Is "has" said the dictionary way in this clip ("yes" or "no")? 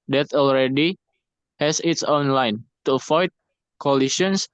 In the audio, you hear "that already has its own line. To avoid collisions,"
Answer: no